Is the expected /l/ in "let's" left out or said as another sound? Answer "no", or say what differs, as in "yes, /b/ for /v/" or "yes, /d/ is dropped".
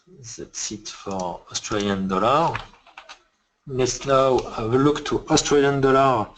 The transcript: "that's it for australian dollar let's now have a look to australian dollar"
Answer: yes, /n/ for /l/